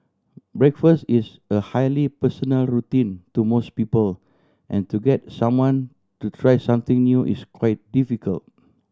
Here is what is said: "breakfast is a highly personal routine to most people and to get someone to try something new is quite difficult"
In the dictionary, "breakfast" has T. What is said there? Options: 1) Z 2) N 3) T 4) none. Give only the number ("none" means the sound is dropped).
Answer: 3